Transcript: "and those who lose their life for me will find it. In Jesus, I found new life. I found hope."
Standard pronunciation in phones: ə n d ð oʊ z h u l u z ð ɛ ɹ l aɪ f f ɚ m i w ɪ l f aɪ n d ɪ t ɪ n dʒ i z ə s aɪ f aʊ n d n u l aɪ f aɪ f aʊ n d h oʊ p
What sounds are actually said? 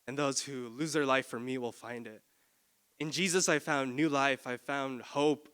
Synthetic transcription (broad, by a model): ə n ð oʊ z h u l u z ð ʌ ɹ l aɪ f f ɚ m i w ɪ l f aɪ n d ɪ t ɪ n dʒ i z ə s aɪ f aʊ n n u l aɪ f aɪ f aʊ n d h oʊ p